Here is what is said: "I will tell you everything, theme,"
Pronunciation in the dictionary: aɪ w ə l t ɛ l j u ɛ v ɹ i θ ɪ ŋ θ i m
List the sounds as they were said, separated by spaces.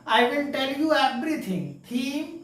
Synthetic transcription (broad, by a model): aɪ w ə n t ɛ l j u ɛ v ɹ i t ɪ ŋ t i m